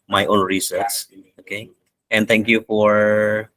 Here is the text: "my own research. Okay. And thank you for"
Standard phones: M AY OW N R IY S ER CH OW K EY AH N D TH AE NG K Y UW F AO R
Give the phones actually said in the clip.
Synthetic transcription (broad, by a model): M AY OW N R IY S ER S OW K EY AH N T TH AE NG K Y UW F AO R